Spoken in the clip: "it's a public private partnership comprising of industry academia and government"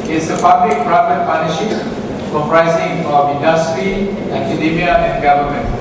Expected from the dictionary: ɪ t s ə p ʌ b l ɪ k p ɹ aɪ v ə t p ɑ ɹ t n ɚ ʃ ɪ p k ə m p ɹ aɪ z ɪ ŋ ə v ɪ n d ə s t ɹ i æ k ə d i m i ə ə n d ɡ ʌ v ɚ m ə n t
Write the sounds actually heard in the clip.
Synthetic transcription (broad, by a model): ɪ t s ə p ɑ b l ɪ k p ɹ aɪ v ə t p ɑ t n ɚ ʃ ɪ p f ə p ɹ aɪ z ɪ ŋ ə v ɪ n d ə s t ɹ i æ k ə d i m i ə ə n ɡ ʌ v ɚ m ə n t